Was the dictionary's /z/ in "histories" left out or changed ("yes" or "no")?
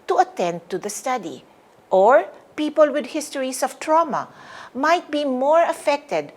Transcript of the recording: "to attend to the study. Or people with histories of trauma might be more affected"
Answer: yes